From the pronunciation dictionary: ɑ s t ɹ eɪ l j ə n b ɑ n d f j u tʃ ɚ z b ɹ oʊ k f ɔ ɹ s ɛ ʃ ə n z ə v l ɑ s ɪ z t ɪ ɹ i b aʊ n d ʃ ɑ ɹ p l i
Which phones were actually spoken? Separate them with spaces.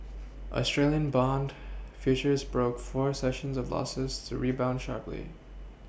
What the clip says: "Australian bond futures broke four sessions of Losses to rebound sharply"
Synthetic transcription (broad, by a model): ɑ s t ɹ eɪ l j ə n b ɑ n d f j u tʃ ɚ z b ɹ oʊ k f ɔ ɹ s ɛ ʃ ə n z ə v l ɑ s ɪ z t ɪ ɹ i b aʊ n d ʃ ɑ ɹ p l i